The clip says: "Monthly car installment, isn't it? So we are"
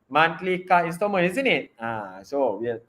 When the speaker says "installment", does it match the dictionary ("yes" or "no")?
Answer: no